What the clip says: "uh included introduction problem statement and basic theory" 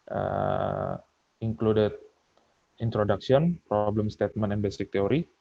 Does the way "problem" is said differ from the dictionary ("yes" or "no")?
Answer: no